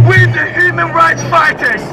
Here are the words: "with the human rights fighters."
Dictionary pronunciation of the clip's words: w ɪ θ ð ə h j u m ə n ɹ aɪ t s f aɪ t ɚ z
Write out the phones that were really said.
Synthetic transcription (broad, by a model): w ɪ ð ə h j u m ə n ɹ aɪ t s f aɪ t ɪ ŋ